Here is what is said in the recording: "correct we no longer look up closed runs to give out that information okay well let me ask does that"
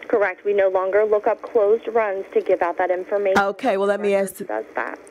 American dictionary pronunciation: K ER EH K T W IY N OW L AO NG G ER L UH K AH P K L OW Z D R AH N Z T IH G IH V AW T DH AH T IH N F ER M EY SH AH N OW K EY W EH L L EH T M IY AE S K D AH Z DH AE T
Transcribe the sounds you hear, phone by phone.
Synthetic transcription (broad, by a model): K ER EH K T W IY N OW L AO NG G ER L UH K AH P K L OW Z D R AH N Z T IH G IH V AW T DH AH T IH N F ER M EY AH OW K EY W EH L L EH T M IY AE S D AH Z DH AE T